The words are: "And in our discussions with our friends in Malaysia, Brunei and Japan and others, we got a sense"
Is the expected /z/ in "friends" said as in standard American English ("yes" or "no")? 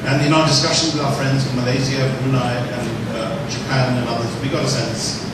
yes